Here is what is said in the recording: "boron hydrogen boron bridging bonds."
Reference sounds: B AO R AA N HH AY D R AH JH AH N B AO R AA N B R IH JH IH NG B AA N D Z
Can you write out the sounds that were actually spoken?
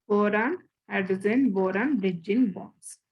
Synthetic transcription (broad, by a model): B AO R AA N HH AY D AH Z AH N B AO R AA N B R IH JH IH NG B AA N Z